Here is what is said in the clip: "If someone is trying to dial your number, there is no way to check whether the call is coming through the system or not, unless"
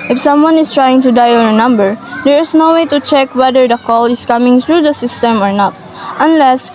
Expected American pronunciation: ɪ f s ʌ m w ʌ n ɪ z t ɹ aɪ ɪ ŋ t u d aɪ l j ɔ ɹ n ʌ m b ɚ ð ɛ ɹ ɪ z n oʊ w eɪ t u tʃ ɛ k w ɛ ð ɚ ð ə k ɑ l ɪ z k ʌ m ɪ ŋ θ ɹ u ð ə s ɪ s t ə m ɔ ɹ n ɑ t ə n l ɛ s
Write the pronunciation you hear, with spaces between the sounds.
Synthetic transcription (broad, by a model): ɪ f s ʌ m w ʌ n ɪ s t ɹ aɪ ɪ ŋ t u d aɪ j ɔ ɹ n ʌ m b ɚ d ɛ ɹ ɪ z n oʊ w eɪ t u tʃ ɛ k w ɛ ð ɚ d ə k ɑ l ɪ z k ʌ m ɪ ŋ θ ɹ u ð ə s ɪ s t ə m ɔ ɹ n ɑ t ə n l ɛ s